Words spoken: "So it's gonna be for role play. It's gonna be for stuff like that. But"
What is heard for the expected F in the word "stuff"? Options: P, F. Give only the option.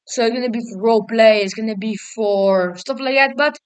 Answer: P